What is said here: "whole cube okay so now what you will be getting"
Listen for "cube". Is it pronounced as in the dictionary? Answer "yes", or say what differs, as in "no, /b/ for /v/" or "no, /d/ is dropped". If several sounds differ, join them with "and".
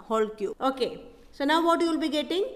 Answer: no, /b/ is dropped